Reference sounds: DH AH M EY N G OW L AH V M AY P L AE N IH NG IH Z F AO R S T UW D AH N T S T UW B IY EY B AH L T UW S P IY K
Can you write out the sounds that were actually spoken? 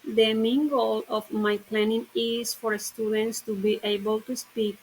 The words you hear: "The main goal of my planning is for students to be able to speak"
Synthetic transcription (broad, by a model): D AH M EY N G OW L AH F M AY P L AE N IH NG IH S F AO R S T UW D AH N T S T UW B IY EY B AH L T UW S P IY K